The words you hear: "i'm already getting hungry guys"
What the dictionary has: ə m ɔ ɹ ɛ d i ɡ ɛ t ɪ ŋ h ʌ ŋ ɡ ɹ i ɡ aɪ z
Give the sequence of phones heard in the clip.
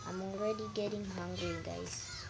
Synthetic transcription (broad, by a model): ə m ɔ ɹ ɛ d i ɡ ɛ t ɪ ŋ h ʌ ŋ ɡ i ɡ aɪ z